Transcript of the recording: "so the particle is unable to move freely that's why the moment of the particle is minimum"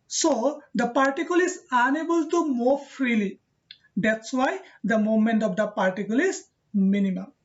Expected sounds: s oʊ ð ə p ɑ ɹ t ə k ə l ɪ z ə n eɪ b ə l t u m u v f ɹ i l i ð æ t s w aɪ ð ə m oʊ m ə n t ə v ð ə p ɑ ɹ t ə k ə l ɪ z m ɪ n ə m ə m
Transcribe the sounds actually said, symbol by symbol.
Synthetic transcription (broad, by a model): s oʊ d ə p ɑ ɹ t ə k ə l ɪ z ə n eɪ b ə l t u m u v f ɹ i l i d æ t s w aɪ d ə m oʊ m ə n t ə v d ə p ɑ ɹ t ə k ə l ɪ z m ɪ n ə m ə m